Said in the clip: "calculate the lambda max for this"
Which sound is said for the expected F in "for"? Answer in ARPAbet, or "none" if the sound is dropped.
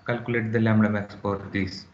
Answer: P